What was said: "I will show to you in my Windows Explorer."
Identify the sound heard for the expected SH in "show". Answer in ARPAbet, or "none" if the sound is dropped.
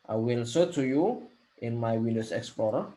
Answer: S